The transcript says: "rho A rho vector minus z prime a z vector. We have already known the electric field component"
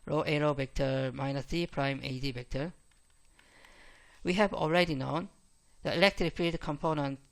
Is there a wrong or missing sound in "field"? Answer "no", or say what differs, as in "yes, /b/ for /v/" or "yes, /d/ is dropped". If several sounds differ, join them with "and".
yes, /l/ is dropped